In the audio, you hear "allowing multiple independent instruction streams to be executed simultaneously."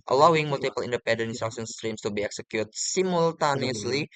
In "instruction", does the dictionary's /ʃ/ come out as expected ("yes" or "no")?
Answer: no